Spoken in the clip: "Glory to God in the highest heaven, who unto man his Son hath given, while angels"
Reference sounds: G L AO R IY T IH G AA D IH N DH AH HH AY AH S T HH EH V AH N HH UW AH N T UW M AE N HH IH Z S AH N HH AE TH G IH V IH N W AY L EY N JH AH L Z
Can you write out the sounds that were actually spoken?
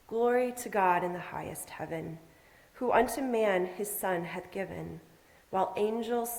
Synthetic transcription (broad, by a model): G L AO R IY T IH G AA D IH N DH AH HH AY AH S T HH EH V AH N HH UW AH N T UW M AE N IH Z S AH N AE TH G IH V IH N W AY L EY N JH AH L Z